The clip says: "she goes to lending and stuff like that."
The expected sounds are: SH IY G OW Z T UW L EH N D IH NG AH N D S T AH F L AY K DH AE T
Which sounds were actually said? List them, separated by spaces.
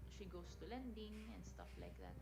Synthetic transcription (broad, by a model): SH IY G OW S T UW L EH N D IH NG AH N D S T AH F L AY K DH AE T